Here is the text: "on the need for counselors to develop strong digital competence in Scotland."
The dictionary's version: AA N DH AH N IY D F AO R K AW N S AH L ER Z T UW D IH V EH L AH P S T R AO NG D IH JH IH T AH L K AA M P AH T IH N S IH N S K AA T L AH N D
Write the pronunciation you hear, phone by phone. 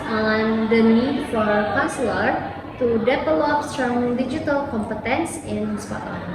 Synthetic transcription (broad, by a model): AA N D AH N IY D F AO R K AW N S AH L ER T UW D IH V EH L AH P S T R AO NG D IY JH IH T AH L K AA M P AH T IH N S IH N S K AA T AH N